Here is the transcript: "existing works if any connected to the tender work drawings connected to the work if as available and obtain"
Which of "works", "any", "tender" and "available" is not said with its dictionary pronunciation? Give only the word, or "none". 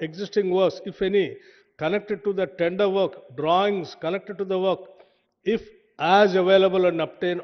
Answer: works